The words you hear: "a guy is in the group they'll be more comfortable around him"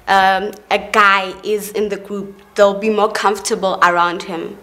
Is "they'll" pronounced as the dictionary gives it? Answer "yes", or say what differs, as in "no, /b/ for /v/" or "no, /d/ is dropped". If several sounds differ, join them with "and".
yes